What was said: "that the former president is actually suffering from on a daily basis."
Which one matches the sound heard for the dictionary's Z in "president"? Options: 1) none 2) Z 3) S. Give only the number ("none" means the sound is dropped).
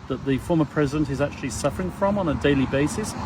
2